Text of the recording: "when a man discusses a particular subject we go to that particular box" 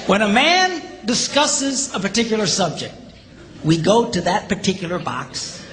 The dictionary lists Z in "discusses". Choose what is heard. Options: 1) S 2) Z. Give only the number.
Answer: 2